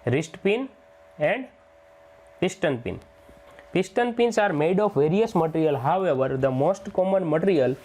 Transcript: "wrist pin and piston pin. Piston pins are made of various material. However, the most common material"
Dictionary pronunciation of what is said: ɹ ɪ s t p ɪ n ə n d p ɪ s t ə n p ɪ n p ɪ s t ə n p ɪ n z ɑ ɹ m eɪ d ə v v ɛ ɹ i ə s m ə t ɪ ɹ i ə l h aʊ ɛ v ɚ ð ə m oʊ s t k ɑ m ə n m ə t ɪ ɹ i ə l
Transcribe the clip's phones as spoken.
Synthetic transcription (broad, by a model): ɹ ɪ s t p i n ə n d p ɪ s t ə n p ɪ n p ɪ s t ə n p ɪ n s ɑ ɹ m eɪ d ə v v ɛ ɹ i ə s m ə t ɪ ɹ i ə l h aʊ ɛ v ɚ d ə m oʊ s t k ɑ m ə n m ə t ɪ ɹ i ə l